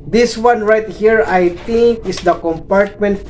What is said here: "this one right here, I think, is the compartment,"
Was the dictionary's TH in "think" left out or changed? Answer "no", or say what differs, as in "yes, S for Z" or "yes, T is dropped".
yes, T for TH